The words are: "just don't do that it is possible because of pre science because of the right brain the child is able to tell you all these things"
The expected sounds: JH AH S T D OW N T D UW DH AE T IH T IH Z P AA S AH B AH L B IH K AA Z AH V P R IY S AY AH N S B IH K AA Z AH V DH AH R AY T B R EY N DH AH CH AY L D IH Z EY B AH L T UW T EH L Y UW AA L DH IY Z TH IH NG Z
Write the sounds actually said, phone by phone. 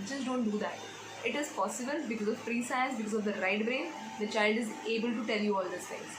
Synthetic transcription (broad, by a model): JH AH S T D OW N T D UW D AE T IH T IH Z P AA S AH B AH L B IH K AA Z AH V F R IY S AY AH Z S B IH K AA Z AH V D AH R AY T B R EY N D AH CH AY L D IH Z EY B AH L T UW T EH L Y UW AA L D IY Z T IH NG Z